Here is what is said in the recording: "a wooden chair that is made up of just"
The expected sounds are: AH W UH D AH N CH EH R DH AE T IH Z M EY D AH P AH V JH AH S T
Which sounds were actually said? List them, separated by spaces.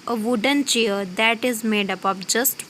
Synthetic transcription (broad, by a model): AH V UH D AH N CH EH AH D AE T IH Z M EY D AH P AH P JH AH S T